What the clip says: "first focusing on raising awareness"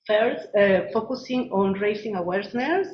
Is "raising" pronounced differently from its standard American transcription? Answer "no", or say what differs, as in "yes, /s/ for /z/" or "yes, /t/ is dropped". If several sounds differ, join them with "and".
yes, /s/ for /z/